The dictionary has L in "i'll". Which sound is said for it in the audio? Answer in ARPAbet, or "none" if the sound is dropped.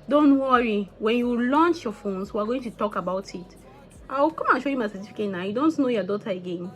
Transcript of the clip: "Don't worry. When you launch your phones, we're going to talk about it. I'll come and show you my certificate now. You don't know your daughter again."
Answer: W